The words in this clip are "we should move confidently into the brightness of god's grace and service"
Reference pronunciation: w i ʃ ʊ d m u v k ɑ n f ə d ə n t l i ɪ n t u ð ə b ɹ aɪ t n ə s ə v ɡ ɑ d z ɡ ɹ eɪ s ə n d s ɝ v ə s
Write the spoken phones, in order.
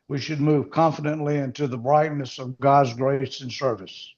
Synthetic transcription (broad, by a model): w i ʃ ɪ d m u v k ɑ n f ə d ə n t l i ɪ n t u ð ə b ɹ aɪ t n ə s ə v ɡ ɑ d z ɡ ɹ eɪ s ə n s ɝ v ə s